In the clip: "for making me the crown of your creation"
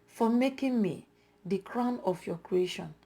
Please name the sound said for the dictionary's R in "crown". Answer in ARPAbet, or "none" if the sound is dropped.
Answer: R